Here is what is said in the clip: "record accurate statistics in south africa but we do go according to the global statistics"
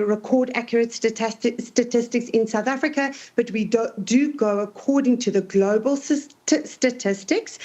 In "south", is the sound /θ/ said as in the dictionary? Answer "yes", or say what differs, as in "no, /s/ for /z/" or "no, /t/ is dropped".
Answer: yes